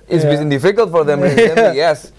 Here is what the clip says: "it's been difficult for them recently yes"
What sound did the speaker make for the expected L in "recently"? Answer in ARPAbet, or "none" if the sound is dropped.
none